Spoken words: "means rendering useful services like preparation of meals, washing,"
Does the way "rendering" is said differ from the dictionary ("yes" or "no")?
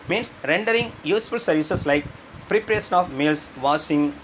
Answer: no